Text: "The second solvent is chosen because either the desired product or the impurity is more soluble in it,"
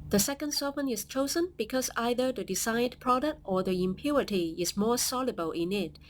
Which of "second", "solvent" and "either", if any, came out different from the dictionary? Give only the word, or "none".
solvent